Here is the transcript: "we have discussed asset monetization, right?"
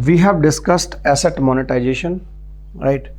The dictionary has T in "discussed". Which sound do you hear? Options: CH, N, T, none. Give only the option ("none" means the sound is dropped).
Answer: T